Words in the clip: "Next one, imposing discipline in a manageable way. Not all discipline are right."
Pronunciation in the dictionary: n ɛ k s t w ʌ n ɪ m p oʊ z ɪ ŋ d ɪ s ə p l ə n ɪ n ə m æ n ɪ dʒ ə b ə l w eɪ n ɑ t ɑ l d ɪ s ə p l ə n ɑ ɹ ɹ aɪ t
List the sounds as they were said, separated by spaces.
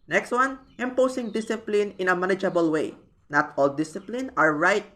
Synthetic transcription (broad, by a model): n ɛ k s t w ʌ n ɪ m p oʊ s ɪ ŋ d ɪ s ə p l ə n ɪ n ə m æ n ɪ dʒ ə b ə l w eɪ n ɑ t ɑ l d ɪ s ə p l ə n ɑ ɹ ɹ aɪ t